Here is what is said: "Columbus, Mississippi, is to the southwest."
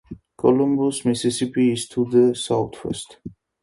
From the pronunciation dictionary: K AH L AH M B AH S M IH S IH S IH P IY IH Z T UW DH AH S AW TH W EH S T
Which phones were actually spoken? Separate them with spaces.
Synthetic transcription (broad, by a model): K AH L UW M B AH S M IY S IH S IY P IY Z T UW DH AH S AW T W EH S T